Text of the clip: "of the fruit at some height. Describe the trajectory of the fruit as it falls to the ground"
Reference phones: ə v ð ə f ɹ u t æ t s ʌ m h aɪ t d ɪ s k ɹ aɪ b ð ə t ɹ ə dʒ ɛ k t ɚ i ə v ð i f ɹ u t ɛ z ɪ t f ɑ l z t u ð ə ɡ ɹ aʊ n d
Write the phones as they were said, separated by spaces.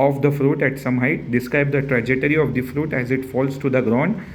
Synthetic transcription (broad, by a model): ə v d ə f ɹ u t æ t s ʌ m h aɪ t d ɪ s k ɹ aɪ b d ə t ɹ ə dʒ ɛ t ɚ i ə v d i f ɹ u t ɛ z ɪ t f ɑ l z t u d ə ɡ ɹ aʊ n d